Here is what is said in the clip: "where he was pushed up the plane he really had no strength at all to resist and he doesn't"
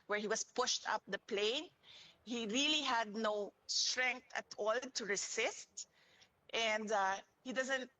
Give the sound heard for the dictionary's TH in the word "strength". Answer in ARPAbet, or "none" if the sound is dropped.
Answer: T